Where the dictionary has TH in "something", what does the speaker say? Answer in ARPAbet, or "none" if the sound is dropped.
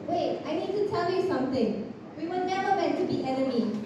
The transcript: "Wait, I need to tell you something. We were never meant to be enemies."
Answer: T